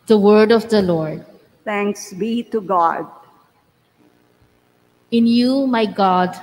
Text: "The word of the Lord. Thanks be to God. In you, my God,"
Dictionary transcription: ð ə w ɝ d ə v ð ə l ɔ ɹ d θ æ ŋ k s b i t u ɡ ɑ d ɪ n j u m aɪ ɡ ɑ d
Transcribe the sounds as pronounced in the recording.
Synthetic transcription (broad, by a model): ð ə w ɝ d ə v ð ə l ɔ ɹ d t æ ŋ k s b i t u ɡ ɑ d ɪ n j u m aɪ ɡ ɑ d